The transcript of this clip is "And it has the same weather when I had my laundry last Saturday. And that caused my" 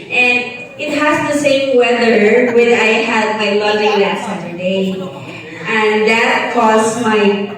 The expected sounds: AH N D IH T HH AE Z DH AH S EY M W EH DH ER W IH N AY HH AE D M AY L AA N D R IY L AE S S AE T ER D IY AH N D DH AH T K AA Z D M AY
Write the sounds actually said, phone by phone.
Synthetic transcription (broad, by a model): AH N IH T HH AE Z DH AH S EY M W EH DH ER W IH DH AY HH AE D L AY L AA D IY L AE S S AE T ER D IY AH N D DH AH T K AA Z M AY